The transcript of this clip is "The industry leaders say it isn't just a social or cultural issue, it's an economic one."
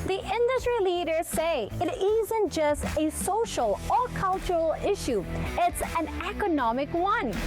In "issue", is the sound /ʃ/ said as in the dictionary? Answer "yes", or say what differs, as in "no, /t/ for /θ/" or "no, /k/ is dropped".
yes